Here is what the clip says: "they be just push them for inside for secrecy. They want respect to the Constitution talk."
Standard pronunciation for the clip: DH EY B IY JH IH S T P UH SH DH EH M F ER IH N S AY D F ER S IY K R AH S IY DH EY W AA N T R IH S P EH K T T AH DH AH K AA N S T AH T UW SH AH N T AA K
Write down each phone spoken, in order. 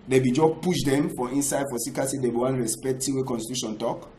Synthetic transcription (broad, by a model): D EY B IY JH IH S P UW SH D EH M F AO IH N S AY D F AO S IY K AH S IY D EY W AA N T R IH S P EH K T T AH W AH K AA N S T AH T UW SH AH N T AA K